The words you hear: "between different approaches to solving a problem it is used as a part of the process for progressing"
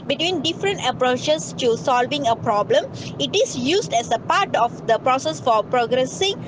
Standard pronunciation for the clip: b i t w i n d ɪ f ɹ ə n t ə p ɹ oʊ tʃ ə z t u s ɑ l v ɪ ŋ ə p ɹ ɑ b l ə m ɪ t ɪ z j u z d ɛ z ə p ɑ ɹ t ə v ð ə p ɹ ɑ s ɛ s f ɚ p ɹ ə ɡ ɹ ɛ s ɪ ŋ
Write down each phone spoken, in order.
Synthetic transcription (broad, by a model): b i t w i n d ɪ f ɹ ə n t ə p ɹ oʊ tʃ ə s t u s ɑ l v ɪ ŋ ə p ɹ ɑ b l ə m ɪ t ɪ s j u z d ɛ s ə p ɑ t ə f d ə p ɹ ɑ s ɛ s f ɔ p ɹ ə ɡ ɹ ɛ s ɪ ŋ